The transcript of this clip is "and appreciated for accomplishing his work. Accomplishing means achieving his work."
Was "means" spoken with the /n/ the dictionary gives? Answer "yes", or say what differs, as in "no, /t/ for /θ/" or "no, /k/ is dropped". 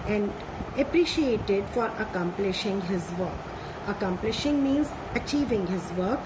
yes